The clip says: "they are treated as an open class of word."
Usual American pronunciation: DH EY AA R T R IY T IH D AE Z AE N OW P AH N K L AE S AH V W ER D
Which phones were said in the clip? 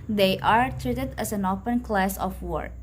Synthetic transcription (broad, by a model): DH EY AA R T R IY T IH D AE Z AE N OW P AH N K L AE S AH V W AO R